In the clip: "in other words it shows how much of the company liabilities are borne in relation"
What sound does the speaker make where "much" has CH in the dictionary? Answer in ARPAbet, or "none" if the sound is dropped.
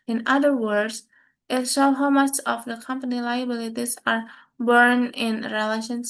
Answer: S